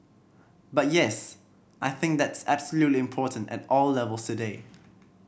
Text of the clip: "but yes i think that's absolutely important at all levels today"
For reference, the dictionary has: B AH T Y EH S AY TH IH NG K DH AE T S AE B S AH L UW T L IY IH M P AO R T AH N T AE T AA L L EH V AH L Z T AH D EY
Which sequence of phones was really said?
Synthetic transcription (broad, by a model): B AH T Y EH S AY TH IH NG K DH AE T S AE B S AH L UW T L IY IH M P AO T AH N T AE T AA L L EH V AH L S T AH D EY